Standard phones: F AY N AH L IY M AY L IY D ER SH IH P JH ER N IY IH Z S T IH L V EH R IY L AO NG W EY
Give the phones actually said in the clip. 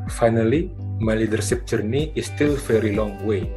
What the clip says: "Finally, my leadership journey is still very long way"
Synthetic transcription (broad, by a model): F AY N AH L IY M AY L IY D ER S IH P JH ER N IY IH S T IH L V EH R IY L AO NG W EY